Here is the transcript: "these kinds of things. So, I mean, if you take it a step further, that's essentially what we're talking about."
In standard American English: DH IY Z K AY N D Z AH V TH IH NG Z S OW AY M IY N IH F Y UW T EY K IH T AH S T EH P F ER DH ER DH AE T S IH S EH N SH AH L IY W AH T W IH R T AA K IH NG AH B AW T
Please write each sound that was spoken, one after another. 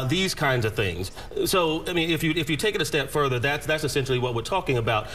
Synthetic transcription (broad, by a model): DH IY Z K AY N D Z AH V TH IH NG Z S OW AY M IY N IH F Y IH T EY K IH T AH S T EH P F ER DH ER DH AE T S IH S EH N SH L IY W AH T W IH R T AA K IH NG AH B AW T